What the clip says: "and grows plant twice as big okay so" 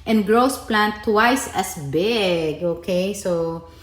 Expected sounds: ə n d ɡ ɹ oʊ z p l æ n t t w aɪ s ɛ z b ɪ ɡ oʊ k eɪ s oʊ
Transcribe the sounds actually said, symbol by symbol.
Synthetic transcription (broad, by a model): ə n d ɡ ɹ oʊ s p l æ n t t w aɪ s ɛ s b ɪ ɡ oʊ k eɪ s oʊ